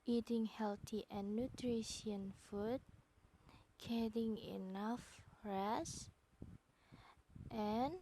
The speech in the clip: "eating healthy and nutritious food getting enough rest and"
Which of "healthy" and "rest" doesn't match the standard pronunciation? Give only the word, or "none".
healthy